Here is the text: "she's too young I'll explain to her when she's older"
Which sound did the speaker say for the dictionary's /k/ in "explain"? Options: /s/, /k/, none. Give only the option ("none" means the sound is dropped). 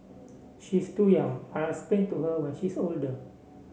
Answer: none